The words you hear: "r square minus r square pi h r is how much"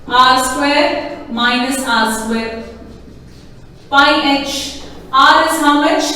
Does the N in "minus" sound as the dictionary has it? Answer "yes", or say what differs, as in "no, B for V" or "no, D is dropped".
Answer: yes